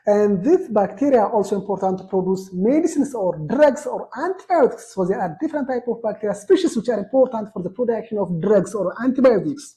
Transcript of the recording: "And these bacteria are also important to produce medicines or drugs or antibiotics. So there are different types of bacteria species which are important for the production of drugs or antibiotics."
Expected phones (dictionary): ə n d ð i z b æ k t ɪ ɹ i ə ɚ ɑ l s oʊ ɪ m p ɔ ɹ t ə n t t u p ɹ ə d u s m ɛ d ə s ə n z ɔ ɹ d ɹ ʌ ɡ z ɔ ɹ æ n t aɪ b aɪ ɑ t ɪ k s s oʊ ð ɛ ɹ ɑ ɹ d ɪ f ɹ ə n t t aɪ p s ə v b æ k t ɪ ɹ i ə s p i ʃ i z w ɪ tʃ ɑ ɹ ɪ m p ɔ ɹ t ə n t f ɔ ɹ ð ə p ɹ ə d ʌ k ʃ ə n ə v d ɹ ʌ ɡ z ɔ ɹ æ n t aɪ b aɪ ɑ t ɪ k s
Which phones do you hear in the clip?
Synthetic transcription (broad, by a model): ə n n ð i s b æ k t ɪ ɹ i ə ɑ l s oʊ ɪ m p ɔ ɹ t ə n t t u p ɹ ə d u s m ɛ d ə s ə n s ɔ ɹ d ɹ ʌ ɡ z ɔ ɹ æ n t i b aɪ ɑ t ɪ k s s oʊ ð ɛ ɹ ɑ ɹ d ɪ f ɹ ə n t t aɪ p ə v b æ k t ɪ ɹ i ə s p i ʃ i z w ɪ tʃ ɑ ɹ ɪ m p ɔ ɹ t ə n t f ɔ ɹ ð ə p ɹ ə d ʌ k ʃ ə n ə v d ɹ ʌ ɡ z ɔ ɹ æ n t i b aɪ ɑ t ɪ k s